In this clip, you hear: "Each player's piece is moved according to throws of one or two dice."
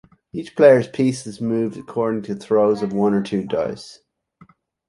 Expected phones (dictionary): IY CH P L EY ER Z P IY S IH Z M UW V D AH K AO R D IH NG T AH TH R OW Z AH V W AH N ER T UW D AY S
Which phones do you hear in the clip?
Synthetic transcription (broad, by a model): IY CH P L EY ER Z P IY S IH Z M UW V D AH K AO R D IH NG T AH TH R OW Z AH V W AH N ER T UW D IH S